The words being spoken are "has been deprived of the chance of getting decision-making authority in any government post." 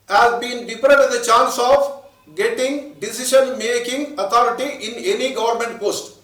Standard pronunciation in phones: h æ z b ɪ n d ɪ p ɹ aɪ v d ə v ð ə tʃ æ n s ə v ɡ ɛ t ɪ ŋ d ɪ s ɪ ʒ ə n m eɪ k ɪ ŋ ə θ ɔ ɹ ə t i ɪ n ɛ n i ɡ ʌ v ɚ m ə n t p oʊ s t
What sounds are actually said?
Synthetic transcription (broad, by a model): h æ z b ɪ n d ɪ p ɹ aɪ d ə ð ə tʃ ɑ n s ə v ɡ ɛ t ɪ ŋ d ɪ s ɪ ʃ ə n m eɪ k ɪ ŋ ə t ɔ ɹ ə t i ɪ n ɛ n i ɡ ʌ v ɚ m ə n t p oʊ s t